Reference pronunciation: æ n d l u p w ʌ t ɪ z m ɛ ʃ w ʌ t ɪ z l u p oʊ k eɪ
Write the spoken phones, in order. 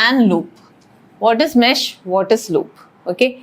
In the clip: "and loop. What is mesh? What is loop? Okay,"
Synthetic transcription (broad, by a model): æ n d l u p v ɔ t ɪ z m ɛ ʃ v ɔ t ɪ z l u p oʊ k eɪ